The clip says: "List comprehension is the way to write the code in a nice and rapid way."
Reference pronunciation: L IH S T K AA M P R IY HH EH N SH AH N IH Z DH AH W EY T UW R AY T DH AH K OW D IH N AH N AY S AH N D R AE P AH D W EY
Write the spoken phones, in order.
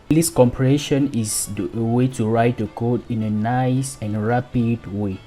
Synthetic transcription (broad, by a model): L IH S K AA M P IY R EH SH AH N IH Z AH W EY T UW R AY T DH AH K OW D IH N AH N AY S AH N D R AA P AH D W EY